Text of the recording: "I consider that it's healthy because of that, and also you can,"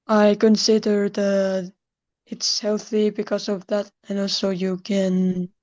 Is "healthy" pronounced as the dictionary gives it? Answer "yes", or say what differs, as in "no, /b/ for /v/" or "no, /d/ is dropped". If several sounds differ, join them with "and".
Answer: yes